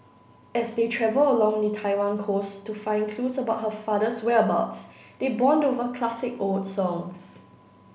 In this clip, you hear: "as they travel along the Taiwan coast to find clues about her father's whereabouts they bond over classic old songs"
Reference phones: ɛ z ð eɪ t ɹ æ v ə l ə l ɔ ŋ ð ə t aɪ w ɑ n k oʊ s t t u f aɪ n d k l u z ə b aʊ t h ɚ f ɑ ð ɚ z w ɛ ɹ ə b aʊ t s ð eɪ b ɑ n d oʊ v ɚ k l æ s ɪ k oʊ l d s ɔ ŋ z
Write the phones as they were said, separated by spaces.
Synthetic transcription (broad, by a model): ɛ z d eɪ t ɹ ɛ v ə l ə l ɔ ŋ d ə t aɪ w ɑ n k oʊ s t t u f aɪ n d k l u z ə b aʊ t h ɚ f ɑ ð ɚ s w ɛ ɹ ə b aʊ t s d eɪ b ɑ n d oʊ v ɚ k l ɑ s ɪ k oʊ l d s ɔ ŋ s